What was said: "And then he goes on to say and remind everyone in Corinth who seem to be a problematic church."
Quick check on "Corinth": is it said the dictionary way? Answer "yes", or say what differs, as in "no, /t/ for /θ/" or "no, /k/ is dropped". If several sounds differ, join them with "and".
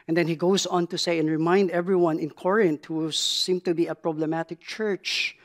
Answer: no, /t/ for /θ/